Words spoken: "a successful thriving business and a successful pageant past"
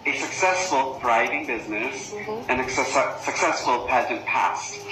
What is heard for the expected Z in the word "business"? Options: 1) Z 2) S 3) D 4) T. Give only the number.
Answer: 1